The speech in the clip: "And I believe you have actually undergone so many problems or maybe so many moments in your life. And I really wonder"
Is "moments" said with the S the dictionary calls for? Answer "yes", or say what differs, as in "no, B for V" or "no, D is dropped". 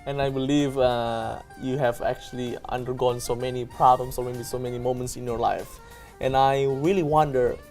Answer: yes